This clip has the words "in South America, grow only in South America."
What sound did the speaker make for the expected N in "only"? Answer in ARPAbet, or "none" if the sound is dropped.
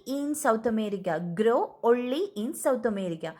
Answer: none